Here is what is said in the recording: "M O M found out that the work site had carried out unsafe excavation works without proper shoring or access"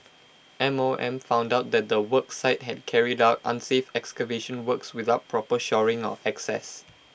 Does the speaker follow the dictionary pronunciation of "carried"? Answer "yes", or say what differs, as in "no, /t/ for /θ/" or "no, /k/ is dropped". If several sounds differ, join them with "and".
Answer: yes